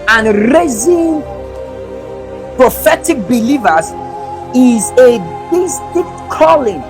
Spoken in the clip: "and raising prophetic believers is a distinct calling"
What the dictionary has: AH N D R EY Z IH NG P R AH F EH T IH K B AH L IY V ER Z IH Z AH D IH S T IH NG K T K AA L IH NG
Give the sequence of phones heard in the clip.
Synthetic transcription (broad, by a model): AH N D R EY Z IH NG P R AH F EH T IH K B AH L IY V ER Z IH Z AH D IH S T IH K T K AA L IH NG